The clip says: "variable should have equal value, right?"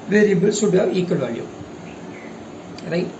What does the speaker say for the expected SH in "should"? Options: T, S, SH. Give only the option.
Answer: S